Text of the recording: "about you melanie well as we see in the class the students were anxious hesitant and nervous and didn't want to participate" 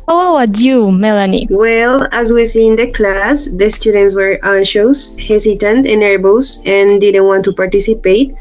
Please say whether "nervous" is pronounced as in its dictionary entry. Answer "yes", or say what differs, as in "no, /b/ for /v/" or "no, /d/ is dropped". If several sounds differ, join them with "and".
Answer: no, /b/ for /v/